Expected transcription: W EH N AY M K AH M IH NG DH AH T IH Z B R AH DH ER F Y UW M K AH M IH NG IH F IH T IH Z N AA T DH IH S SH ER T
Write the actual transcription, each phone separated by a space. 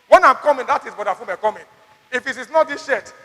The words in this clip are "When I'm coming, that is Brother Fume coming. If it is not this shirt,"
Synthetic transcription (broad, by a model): W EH N AY M K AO M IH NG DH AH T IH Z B AO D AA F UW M K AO M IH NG IH F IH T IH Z N AA T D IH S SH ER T